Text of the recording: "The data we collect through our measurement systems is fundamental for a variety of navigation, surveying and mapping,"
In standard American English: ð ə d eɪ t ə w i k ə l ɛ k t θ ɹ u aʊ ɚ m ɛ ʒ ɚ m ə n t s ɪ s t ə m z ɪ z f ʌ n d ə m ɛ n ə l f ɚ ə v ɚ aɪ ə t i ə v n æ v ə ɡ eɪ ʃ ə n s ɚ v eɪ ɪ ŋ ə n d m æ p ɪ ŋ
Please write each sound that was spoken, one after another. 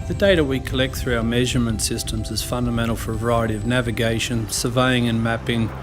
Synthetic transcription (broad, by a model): ð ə d eɪ t ə w i k ə l ɛ k t θ ɹ u aʊ ɚ m ɛ ʒ ɚ m ə n t s ɪ s t ə m z ɪ z f ʌ n d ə m ɛ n l f ɚ v ɚ aɪ ə t i ə v n æ v ə ɡ eɪ ʃ ə n s ɚ v eɪ ɪ ŋ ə n m æ p ɪ ŋ